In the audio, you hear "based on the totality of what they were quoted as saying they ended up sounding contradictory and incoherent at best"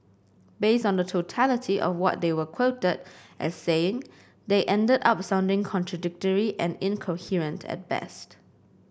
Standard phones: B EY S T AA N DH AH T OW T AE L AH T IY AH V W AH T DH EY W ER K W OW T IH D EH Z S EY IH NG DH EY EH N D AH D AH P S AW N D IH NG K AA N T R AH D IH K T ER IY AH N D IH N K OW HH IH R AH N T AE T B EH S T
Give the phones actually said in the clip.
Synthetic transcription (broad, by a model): B EY S T AA N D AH T OW T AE L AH T IY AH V W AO T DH EY W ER K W OW T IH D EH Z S EY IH NG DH EY EH N D AH D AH P S AW N D IH NG K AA N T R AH D IH K T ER IY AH N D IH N K OW HH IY R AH N T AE T B EH S T